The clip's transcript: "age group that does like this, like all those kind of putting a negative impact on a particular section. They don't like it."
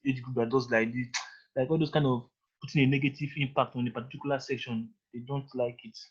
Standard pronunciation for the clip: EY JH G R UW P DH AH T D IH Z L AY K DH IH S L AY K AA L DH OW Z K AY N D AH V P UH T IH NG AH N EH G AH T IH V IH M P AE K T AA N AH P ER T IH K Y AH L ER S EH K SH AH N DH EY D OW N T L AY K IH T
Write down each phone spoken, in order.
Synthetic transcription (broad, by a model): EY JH G R UW P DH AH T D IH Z L AY K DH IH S L AY K AA L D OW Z K AY N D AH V P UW T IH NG AH N EH G AH T IH V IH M P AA K T AA N AH P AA T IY K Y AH L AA S EH K SH AH N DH EY D OW N T L AY K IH T